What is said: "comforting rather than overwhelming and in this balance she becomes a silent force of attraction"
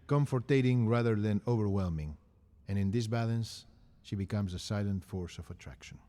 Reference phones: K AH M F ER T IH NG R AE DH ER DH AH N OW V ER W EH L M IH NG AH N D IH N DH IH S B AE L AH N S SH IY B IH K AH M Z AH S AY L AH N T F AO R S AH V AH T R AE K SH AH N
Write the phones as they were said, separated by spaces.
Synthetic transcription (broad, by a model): K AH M F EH T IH NG R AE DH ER DH AH N OW V ER W EH L M IH NG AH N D IH N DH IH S B AE L AH N S SH IY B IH K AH M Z AH S AY L AH N T F AO R S AH V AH T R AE K SH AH N